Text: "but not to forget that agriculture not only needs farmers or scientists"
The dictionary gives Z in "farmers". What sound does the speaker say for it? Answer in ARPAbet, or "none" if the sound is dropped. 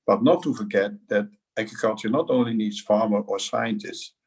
none